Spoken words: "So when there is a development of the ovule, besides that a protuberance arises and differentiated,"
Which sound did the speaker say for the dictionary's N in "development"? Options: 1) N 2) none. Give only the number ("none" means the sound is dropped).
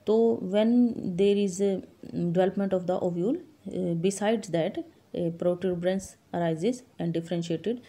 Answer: 1